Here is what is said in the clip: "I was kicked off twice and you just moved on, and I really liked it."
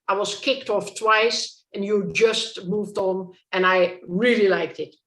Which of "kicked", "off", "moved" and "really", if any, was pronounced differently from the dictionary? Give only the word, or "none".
none